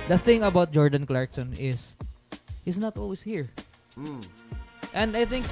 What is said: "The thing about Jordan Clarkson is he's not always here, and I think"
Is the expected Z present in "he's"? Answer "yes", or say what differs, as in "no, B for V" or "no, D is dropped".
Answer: no, S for Z